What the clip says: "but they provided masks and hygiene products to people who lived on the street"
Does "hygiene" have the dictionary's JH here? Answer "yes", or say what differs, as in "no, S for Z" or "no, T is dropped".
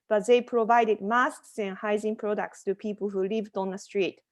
no, Z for JH